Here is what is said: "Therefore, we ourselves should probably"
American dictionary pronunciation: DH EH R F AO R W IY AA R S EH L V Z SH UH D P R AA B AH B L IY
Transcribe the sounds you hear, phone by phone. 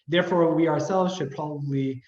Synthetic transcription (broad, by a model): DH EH R F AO R W IY AA R S EH L V Z SH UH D P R AA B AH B L IY